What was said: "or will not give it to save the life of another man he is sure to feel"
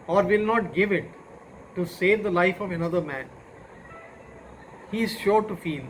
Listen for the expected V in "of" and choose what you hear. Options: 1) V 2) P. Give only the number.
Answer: 1